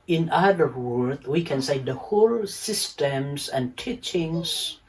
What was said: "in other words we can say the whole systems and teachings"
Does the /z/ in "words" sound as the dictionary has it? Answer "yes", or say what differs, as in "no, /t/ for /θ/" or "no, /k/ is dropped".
no, /z/ is dropped